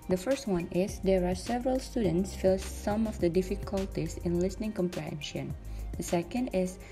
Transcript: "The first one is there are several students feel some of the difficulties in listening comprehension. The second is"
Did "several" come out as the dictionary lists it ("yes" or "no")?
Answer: yes